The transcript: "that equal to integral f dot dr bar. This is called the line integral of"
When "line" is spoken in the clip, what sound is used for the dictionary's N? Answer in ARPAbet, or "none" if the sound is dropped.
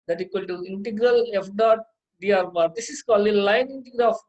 N